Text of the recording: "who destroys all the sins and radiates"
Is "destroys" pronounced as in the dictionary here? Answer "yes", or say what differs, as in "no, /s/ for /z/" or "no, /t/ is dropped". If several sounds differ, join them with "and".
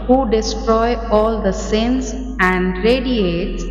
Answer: no, /z/ is dropped